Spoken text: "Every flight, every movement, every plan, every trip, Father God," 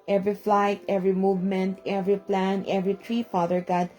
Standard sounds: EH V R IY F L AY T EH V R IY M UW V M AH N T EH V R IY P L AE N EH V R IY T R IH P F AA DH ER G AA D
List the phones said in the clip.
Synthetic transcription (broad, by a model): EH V R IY F L AY T EH V R IY M UW V M AH N T EH V R IY P L AE N EH V R IY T R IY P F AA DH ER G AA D